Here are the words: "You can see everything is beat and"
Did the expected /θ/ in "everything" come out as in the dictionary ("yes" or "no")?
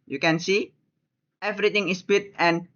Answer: no